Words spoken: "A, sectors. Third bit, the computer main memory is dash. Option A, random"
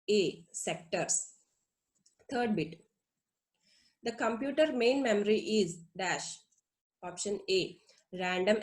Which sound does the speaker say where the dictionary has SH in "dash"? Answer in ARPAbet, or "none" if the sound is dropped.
SH